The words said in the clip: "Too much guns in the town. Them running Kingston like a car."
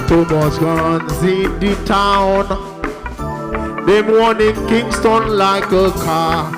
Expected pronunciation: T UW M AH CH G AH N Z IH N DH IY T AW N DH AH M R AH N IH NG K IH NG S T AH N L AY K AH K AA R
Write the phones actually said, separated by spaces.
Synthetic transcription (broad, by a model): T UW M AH S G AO N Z IH N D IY T AW N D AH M W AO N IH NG K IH NG S T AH N L AY K AH K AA